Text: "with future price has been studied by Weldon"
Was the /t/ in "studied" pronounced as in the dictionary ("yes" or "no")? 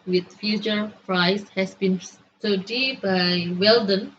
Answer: no